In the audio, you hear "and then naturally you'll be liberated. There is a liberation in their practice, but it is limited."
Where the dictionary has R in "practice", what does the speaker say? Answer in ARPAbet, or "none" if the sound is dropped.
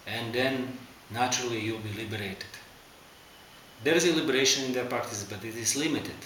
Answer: none